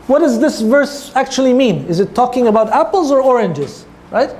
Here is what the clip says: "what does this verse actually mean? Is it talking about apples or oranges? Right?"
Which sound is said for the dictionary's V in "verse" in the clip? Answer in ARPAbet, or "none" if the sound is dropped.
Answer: V